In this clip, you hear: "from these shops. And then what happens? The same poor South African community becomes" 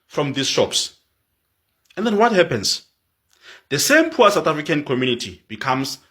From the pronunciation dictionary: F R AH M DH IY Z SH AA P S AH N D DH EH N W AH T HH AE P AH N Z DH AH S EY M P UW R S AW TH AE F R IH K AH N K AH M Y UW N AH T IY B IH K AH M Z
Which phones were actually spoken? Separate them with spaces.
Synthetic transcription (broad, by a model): F R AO M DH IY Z SH AA P S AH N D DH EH N W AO T HH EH P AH N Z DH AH S EY M P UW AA S AW T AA F R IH K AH N K AH M Y UW N AH T IY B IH K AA M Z